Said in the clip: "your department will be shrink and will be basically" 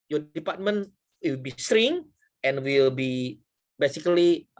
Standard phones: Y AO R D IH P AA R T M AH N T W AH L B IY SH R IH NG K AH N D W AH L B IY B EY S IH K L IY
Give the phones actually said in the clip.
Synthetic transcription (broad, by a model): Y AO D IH P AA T M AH N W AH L B IY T R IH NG AH N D W AH L B IY B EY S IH K L IY